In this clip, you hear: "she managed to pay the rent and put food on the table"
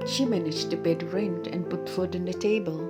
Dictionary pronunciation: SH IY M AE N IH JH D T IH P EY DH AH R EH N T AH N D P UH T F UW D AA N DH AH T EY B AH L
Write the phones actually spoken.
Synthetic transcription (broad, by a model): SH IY M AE N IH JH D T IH B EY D R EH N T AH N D P UH T F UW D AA N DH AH T EY B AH L